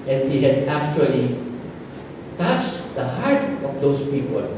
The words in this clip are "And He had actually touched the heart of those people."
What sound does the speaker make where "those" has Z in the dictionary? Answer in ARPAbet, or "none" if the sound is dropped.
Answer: S